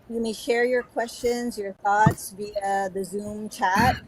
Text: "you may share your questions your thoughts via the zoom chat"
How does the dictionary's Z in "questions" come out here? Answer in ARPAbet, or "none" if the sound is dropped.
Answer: Z